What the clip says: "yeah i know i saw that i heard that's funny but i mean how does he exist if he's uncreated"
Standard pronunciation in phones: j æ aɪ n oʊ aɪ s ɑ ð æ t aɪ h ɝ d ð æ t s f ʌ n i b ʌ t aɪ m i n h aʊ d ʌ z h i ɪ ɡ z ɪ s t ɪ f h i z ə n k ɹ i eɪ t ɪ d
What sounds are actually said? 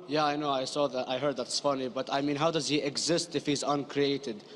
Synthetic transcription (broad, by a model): j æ aɪ n oʊ aɪ s ɑ ð æ t aɪ h ɝ d ð æ t s f ʌ n i b ʌ t aɪ m i n h aʊ d ʌ z h i ɪ ɡ z ɪ s t ɪ f h i z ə n k ɹ i eɪ t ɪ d